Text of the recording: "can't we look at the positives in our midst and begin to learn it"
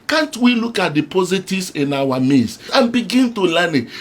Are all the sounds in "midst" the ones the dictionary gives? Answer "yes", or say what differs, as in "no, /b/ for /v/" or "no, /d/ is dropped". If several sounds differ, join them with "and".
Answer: no, /t/ is dropped